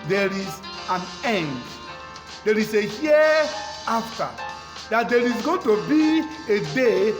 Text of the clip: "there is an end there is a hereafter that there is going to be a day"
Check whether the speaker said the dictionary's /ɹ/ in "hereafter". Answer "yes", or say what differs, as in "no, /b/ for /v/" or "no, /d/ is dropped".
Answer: no, /ɹ/ is dropped